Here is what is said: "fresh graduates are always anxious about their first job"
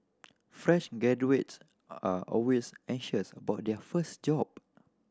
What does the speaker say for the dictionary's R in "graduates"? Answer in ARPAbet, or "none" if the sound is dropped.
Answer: none